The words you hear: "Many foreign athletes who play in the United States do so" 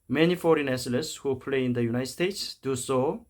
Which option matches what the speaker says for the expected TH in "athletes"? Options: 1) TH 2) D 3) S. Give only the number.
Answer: 3